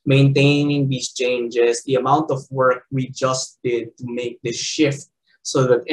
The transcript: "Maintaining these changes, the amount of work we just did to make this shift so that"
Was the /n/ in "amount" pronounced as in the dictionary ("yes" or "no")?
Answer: yes